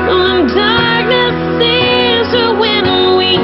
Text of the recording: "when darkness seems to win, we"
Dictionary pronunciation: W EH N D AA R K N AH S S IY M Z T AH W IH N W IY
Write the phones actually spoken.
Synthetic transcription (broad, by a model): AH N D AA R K N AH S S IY Z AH W IH N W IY